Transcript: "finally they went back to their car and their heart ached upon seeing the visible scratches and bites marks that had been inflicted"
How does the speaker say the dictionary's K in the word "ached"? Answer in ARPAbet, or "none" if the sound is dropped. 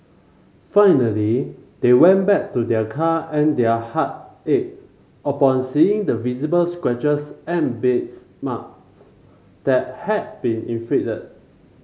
none